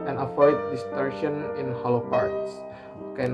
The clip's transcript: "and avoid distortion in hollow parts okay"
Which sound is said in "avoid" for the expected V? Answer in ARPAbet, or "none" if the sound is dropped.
F